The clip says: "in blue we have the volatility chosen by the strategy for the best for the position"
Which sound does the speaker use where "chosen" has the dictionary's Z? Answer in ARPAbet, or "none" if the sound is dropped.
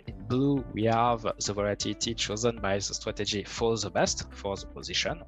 Z